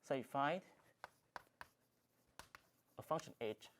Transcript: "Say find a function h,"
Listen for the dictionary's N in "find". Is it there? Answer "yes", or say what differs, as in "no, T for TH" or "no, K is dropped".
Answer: no, N is dropped